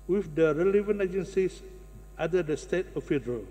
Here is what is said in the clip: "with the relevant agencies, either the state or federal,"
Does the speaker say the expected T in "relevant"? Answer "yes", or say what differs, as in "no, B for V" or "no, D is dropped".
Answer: no, T is dropped